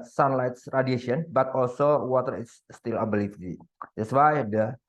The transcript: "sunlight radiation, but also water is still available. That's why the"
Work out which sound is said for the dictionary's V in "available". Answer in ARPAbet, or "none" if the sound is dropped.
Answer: B